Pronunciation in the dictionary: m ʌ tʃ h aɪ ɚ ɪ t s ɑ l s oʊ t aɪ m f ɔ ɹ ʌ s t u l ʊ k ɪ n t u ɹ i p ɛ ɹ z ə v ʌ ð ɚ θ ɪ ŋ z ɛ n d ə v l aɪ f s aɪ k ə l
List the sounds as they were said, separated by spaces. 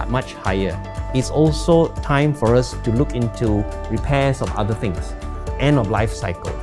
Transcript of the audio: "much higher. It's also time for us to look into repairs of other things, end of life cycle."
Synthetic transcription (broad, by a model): m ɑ tʃ h aɪ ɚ ɪ t s ɑ l s oʊ t aɪ m f ɔ ɹ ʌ s t u l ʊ k ɪ n t u ɹ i p ɛ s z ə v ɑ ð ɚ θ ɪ ŋ s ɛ n ə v l aɪ f s aɪ k ə l